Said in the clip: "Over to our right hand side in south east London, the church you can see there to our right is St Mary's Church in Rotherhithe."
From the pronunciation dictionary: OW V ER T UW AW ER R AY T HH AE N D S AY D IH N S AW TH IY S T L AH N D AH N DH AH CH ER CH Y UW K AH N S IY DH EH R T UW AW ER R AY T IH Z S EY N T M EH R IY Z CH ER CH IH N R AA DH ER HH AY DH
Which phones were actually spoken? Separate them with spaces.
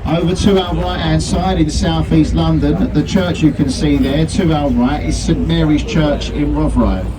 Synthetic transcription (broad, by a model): OW V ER T UW AW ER R AY T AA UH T S AY D IH N S AW TH IY S T L AH N D AH N DH AH CH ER CH Y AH K AH N S IY DH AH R T UW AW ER R AY T IH Z S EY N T M EH R IY Z CH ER CH IH N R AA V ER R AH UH